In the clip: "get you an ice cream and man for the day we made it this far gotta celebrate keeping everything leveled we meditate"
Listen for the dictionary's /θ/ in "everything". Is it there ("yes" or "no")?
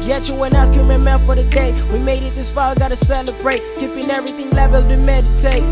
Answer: yes